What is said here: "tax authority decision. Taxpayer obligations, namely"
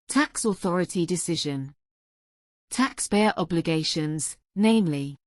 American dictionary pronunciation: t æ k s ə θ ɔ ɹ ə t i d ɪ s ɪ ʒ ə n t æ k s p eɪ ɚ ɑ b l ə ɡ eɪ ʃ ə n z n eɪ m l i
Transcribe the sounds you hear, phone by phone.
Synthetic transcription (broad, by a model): t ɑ k s ə θ ɔ ɹ ə t i d ɪ s ɪ ʒ ə n t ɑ k s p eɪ ɚ ɑ b l ə ɡ eɪ ʃ ə n z n eɪ m l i